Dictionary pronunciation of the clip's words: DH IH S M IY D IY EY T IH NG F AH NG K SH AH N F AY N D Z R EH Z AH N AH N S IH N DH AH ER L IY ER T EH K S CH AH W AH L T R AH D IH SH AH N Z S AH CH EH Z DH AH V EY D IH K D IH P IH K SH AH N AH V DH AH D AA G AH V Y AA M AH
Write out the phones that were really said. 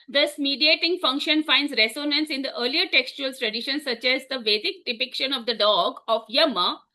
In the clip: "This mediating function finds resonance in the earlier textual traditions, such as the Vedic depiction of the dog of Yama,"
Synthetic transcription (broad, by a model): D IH S M IY D IY EY T IH NG F AH NG K SH AH N F AY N D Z R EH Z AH N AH N S IH N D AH ER L IY ER T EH K S CH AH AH L T R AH D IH SH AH N S AH CH EH Z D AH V EY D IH K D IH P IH K SH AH N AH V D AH D AA G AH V Y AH M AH